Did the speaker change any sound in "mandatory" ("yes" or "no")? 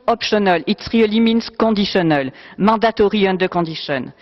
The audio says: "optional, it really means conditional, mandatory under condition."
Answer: yes